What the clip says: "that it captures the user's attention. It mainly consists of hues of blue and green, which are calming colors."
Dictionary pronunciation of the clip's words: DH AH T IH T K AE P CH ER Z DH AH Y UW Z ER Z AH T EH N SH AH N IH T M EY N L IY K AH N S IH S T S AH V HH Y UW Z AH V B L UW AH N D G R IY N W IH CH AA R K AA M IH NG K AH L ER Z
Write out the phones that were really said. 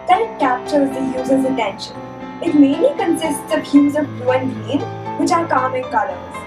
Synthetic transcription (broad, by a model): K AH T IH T K AE P CH ER Z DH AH Y UW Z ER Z AH T EH N SH AH N IH T M EY N L IY K AH N S IH S T S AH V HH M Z AH V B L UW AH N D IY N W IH CH AA R K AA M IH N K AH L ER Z